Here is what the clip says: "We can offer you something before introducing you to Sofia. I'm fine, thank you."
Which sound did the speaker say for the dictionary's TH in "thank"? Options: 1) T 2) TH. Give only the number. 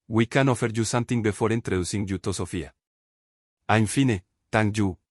1